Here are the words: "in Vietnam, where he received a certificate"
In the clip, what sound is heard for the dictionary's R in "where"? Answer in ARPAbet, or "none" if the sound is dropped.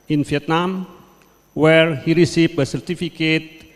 R